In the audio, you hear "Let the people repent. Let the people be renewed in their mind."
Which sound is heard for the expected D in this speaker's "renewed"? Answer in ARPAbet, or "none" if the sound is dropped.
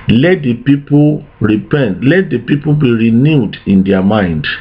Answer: D